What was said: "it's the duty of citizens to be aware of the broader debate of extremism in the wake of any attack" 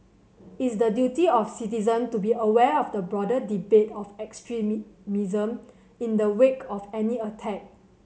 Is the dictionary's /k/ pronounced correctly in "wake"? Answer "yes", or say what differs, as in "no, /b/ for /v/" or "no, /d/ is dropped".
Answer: yes